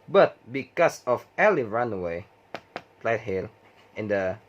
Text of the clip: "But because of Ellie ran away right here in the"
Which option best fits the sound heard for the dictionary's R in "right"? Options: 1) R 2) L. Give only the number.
2